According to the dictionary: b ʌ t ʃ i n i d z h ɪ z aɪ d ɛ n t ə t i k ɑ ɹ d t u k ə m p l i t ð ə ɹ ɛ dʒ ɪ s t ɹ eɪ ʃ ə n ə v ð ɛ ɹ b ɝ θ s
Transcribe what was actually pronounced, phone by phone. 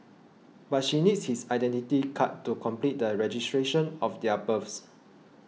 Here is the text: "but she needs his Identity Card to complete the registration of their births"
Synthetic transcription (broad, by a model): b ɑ t ʃ i n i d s h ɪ s aɪ d ɛ n t ə t i k ɑ t u k ə m p l i t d ə ɹ ɛ dʒ ɪ s t ɹ eɪ ʃ ə n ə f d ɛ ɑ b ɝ f s